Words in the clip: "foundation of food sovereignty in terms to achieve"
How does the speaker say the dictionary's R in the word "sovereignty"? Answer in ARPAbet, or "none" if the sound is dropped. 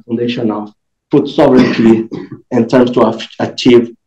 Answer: R